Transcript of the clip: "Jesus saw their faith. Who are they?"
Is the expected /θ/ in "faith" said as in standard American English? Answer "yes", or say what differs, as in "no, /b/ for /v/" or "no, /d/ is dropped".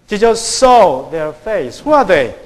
no, /s/ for /θ/